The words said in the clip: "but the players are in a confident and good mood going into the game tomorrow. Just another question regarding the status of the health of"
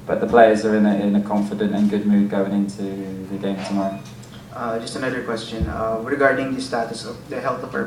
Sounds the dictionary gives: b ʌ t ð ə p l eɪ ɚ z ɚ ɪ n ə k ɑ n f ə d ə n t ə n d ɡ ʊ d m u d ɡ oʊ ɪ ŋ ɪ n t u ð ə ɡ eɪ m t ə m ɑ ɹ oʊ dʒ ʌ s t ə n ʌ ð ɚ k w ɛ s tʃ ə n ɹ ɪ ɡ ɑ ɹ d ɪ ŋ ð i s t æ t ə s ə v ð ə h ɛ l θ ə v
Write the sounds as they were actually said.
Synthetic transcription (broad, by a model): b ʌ t ð ə p l eɪ ɚ z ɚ ɪ n ə k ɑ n f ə d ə n t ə n ɡ ʊ d m u d ɡ oʊ ɪ ŋ ɪ n t u ð ə ɡ eɪ m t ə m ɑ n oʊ dʒ ʌ s t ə n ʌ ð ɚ k w ɛ s tʃ ə n ɹ ɪ ɡ ɑ ɹ d ɪ ŋ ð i s t æ t ə s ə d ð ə h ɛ l t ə